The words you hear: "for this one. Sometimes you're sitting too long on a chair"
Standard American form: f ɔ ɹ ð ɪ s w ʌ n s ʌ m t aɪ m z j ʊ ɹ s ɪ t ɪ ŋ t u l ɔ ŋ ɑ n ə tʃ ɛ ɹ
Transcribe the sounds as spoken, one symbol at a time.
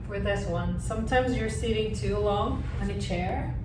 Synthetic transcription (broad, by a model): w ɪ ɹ ð ɪ s w ʌ n s ʌ m t aɪ m z j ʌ ɹ s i t ɪ ŋ t u l ɔ ŋ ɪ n ə tʃ ɛ ɹ